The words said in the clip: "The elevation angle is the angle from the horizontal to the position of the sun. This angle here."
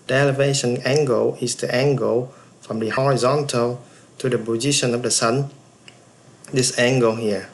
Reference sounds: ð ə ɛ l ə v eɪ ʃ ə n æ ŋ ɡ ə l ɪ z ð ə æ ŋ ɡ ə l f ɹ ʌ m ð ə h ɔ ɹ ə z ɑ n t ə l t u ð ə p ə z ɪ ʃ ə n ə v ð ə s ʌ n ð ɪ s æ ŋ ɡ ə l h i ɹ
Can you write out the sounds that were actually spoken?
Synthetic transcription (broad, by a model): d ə ɛ l ə v eɪ ʃ ə n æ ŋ ɡ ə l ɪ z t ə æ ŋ ɡ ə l f ɹ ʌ m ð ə h ɔ ɹ ə z ɑ n t ə l t u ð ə b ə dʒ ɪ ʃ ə n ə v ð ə s ʌ n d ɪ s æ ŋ ɡ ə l h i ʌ